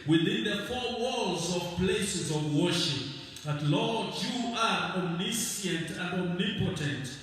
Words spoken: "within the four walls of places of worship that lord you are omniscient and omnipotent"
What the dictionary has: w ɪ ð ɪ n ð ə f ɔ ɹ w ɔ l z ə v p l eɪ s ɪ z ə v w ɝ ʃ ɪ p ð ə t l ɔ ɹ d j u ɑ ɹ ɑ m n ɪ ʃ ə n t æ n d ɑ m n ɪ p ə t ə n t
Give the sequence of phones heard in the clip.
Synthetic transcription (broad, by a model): w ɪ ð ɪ n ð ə f ɔ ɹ w ɔ l z ə v p l eɪ s ɪ z ə v w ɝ ʃ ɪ p ð ə t l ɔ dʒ j u ɑ ɹ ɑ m n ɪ s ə n t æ n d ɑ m n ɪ p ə t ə n t